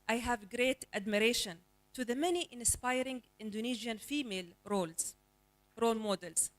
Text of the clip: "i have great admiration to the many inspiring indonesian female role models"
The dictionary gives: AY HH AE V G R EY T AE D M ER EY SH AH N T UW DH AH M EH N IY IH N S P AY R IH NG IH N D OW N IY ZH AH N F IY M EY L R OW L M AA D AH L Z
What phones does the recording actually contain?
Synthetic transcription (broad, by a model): AY HH AE V G R EY T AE D M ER EY SH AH N T UW DH AH M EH N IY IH N S P AY R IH NG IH N D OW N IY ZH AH N F IY M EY L R OW L M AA D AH L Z